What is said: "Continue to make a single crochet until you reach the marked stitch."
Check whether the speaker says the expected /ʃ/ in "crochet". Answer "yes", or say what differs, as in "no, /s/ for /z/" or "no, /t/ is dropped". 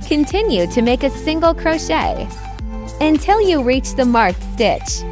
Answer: yes